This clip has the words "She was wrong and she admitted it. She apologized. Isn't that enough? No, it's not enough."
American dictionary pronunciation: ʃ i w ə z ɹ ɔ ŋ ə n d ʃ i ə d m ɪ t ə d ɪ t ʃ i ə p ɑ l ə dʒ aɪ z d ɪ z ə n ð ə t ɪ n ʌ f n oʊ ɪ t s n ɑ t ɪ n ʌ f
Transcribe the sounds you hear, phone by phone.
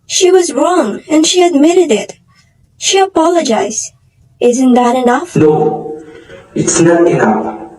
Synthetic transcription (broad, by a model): ʃ i w ə z ɹ ɔ ŋ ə n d ʃ i ə d m ɪ t ə d ɪ t ʃ i ə p ɑ l ə dʒ aɪ z d ɪ z ə n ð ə t ɪ n ʌ f n oʊ ɪ t s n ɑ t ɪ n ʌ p